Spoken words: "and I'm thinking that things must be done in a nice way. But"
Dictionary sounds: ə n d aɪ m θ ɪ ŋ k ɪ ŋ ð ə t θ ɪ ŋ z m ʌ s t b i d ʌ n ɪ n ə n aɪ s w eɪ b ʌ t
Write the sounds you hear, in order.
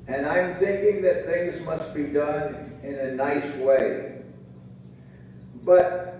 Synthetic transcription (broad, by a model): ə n aɪ m θ ɪ ŋ k ɪ ŋ ð ə t θ ɪ ŋ z m ʌ s t b i d ʌ n ɪ n ə n aɪ s w eɪ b ʌ t